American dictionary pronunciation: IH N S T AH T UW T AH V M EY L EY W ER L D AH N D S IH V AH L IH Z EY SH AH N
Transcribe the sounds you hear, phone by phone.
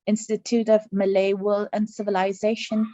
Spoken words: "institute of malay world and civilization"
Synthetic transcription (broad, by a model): IH N S T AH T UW T AH V M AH L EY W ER L AH N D S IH V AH L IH Z EY SH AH N